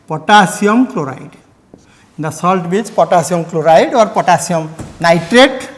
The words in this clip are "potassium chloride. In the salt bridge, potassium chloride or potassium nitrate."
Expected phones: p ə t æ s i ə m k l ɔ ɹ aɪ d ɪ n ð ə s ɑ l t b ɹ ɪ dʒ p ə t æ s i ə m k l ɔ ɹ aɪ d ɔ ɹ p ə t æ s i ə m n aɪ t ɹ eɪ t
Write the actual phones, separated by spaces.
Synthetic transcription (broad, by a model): p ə t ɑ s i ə m k l ɔ ɹ aɪ d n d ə s ɑ l t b i tʃ p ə t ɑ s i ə m k l ɔ ɹ aɪ d ɔ ɹ p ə t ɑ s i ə m n aɪ t ɹ eɪ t